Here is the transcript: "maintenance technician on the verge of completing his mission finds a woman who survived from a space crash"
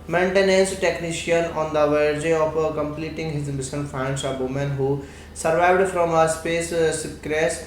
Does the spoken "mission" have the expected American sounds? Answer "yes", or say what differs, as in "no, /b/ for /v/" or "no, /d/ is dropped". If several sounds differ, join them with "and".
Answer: no, /s/ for /ʃ/